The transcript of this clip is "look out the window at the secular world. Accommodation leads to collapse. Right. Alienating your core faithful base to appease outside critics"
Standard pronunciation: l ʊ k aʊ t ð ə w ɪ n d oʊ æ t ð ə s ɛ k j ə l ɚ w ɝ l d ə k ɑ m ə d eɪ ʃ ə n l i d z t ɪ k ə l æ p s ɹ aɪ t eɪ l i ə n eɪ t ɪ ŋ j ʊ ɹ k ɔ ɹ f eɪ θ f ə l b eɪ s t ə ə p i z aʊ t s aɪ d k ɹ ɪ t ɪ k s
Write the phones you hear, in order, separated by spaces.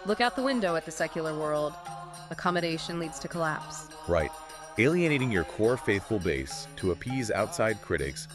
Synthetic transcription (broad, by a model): l ʊ k aʊ t ð ə w ɪ n d oʊ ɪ t ð ə s ɛ k j l ɚ w ɝ l d ə k ɑ m ə d eɪ ʃ ə n l i d z t ɪ k ə l æ p s ɹ aɪ t eɪ l i ə n eɪ t ɪ ŋ j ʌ ɹ k ɔ ɹ f eɪ θ f l b eɪ s t ə ə p i z aʊ t s aɪ d k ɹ ɪ t ɪ k s